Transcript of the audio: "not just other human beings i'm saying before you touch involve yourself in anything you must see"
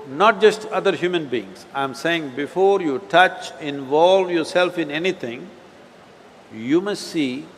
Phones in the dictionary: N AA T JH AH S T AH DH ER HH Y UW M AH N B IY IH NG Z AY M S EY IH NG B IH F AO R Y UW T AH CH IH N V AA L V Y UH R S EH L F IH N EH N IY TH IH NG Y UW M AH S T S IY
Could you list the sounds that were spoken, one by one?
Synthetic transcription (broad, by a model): N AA T JH AH S T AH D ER HH Y UW M AH N B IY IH NG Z AY M S EY IH NG B IH F AO R Y UW T AH CH IH N V AA L V Y UH R S EH L F IH N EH N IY T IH NG Y UW M AH S T S IY